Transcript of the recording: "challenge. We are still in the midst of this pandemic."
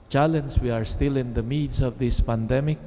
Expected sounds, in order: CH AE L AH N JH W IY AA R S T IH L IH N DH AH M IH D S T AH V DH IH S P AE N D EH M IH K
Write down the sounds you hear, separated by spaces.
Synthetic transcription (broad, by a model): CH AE L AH N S W IY AA R S T IH L IH N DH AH M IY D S AH V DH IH S P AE N D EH M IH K